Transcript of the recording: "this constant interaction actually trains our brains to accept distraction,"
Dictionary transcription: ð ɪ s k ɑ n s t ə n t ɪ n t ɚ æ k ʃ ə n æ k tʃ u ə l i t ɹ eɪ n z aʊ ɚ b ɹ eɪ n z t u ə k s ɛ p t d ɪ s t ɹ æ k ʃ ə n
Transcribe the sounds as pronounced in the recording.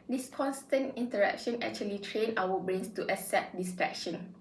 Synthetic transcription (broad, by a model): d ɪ s k ɑ n s t ə n t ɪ n t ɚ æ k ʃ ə n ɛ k tʃ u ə l i t ɹ eɪ n aʊ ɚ b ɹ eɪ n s t u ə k s ɛ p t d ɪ s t ɹ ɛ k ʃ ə n